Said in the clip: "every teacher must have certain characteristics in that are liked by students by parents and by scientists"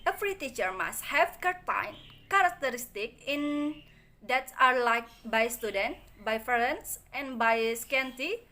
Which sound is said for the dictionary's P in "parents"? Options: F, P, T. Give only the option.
F